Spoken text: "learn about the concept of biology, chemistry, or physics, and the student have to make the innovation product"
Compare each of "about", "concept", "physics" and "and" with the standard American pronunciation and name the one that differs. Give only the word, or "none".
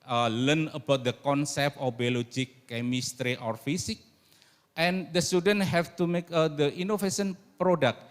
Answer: physics